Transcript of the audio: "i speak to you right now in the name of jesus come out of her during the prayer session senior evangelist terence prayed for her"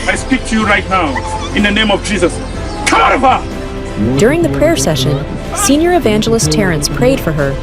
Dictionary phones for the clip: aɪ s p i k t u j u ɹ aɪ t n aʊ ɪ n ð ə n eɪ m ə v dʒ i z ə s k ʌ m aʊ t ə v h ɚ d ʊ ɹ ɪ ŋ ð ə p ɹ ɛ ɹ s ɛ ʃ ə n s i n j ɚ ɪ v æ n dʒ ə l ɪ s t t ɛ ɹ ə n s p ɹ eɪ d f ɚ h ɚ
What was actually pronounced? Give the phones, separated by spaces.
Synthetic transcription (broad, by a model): aɪ s p i k t u j u ɹ aɪ t n aʊ ɪ n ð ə n eɪ m ə v dʒ i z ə s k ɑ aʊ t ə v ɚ d ʊ ɹ ɪ ŋ ð ə p ɹ ɛ ɹ s ɛ ʃ ə n s i n j ɚ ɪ v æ n dʒ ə l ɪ s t t ɛ ɹ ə n s p ɹ eɪ d f ɚ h ɚ